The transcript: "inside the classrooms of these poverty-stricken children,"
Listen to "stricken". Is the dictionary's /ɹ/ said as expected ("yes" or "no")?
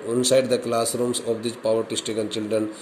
no